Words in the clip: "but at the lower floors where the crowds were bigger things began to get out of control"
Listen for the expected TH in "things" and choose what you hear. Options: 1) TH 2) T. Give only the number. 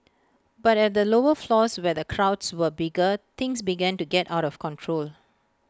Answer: 2